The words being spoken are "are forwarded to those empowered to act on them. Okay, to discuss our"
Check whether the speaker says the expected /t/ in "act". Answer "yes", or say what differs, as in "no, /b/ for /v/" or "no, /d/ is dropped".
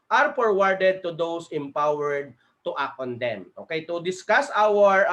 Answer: no, /t/ is dropped